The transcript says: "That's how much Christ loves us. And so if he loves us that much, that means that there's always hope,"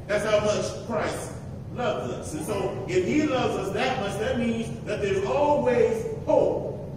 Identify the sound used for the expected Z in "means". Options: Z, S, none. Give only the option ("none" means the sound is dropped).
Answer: Z